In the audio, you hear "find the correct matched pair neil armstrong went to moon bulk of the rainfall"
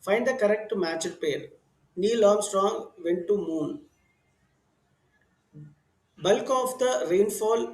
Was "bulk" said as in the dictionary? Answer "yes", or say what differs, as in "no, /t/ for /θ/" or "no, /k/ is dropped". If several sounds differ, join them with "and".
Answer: yes